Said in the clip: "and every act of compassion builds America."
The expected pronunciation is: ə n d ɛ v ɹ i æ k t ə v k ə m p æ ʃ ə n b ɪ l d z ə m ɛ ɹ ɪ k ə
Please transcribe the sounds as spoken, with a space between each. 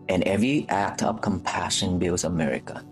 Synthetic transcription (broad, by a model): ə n ɛ v ɹ i æ k t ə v k ə m p æ ʃ ə n b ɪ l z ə m ɛ ɹ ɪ k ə